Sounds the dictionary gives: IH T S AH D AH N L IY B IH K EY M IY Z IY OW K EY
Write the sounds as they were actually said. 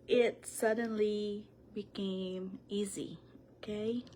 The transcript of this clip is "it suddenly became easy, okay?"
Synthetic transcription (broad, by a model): IH T S AH D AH N L IY B IH K EY M IY Z IY OW K EY